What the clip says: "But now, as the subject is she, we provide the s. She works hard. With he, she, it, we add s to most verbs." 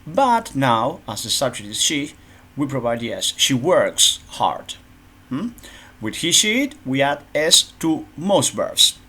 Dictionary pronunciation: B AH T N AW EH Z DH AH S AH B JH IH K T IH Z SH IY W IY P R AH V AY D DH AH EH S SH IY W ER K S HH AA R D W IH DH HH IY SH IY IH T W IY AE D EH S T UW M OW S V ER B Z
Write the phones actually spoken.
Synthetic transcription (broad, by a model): B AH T N AW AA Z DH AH S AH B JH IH T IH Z SH IY W IY P R AH V AY D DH EH S SH IY W ER K S HH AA R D W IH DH HH IY SH IY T W IY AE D EH S T UW M OW S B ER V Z